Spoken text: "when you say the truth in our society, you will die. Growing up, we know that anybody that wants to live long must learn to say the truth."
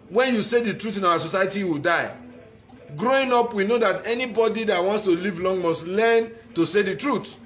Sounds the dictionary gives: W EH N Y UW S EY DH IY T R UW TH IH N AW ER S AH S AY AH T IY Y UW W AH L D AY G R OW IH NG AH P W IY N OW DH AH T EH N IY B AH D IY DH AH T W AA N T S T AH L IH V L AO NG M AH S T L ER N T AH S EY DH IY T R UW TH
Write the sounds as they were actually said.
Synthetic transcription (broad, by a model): W EH N Y UW S EY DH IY T R UW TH IH N AW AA S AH S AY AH T IY W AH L D AY G R OW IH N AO P W IY N OW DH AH T EH N IY B AH D IY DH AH T W AA N T S T AH L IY V L AO NG M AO S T L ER N T AH S EY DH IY T R UW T